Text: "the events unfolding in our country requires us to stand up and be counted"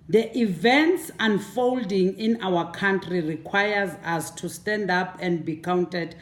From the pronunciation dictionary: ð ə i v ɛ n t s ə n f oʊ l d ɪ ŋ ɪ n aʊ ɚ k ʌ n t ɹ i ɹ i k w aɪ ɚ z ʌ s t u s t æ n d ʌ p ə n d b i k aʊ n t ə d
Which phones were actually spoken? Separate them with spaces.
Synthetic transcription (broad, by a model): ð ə i v ɛ n t s ə n f oʊ l d ɪ ŋ ɪ n aʊ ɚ k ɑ n t ɹ i ɹ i k w aɪ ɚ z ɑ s t u s t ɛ n d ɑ p ə n d b i k aʊ n t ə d